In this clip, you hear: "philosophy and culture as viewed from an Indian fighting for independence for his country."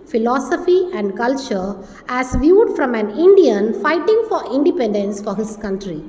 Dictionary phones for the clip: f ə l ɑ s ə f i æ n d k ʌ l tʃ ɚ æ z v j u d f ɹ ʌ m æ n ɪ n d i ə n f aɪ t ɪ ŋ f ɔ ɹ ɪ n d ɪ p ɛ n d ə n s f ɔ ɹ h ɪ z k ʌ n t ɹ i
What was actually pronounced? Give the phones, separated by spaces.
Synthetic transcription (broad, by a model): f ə l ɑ s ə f i æ n d k ʌ l tʃ ɚ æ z v j u d f ɹ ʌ m æ n ɪ n d i ə n f aɪ t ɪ ŋ f ɔ ɹ ɪ n d ɪ p ɛ n d ə n s f ɔ ɹ h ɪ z k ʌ n t ɹ i